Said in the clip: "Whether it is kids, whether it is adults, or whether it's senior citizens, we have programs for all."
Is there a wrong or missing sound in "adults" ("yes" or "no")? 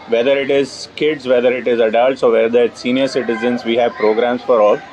no